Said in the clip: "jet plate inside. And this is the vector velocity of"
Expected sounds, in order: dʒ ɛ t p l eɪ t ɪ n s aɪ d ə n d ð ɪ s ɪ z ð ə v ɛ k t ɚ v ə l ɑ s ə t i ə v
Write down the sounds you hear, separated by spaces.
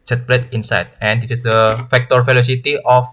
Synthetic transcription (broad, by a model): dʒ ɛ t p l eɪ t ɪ n s aɪ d ə n d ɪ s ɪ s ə f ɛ k t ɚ f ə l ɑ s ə t i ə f